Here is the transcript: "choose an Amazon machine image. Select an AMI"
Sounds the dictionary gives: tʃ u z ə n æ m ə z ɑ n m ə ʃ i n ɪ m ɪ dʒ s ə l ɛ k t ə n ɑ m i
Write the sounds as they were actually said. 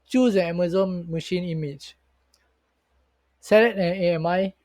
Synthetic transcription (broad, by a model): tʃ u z ə n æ m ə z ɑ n m ə ʃ i n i m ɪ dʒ s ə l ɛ t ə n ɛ m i